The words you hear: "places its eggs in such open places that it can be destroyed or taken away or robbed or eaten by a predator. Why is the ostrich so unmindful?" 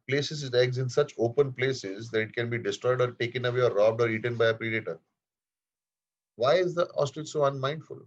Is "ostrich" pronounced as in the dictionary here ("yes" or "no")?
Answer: no